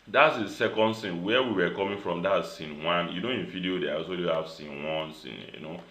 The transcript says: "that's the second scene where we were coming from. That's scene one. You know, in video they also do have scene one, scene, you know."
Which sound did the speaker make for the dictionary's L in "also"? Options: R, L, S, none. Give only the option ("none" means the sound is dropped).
none